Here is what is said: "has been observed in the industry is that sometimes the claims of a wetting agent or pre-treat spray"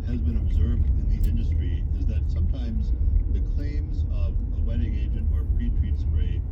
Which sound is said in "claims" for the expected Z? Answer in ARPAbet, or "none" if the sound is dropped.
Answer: Z